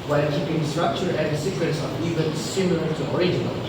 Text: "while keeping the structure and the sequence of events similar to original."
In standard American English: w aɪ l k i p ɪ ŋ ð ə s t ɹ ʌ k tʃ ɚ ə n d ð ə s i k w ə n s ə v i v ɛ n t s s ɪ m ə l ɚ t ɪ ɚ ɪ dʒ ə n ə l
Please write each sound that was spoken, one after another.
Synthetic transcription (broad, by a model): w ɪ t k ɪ b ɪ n s t ɹ ʌ k tʃ ɚ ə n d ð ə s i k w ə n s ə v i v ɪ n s s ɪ m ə l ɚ t ɪ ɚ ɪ dʒ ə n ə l